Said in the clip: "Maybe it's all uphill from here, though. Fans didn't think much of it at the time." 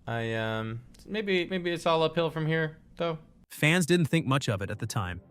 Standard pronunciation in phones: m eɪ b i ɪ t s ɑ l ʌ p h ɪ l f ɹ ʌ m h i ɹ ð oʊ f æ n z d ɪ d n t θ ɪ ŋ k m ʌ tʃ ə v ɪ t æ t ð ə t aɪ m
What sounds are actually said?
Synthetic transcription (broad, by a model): m eɪ b i ɪ t s ɑ l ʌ p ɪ l f ɹ ʌ m h i ɹ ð oʊ f æ n z d ɪ d n t θ ɪ ŋ k m ʌ tʃ ə v ɪ t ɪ t ð ə t aɪ m